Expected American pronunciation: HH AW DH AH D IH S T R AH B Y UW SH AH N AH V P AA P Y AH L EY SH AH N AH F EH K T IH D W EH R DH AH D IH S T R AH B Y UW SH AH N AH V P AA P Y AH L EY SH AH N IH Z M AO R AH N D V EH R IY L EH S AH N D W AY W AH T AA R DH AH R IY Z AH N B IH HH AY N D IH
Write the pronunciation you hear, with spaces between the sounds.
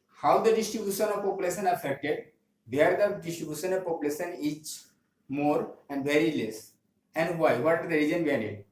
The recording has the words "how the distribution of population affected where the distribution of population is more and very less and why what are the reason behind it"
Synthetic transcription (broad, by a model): HH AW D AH D IH S T R AH B Y UW SH AH N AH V P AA P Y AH L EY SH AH N AH F EH K T IH D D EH R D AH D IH S T R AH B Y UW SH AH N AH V P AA P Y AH L EY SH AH N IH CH M AO R AH N D V EH R IY L EH S AH N D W AY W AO T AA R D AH R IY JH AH N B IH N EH D